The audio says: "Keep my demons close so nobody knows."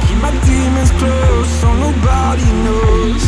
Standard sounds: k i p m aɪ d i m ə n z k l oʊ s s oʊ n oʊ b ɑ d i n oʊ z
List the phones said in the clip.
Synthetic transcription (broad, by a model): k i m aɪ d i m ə z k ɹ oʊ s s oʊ n oʊ b ɑ d i n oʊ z